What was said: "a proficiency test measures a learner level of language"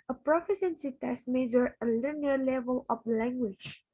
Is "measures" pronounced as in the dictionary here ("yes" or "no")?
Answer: no